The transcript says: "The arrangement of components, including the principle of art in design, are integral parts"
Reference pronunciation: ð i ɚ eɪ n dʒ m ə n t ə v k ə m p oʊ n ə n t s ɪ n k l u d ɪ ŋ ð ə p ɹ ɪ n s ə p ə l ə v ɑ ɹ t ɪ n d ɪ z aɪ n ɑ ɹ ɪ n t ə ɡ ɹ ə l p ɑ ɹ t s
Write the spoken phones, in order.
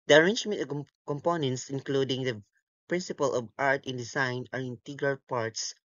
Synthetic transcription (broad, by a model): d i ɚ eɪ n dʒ m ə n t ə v k ə m p oʊ n ə n t s ɪ n k l u d ɪ ŋ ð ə p ɹ ɪ n s ə p ə l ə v ɑ ɹ t ɪ n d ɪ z aɪ n ɑ ɹ ɪ n t ə ɡ ɹ ə l p ɑ ɹ t s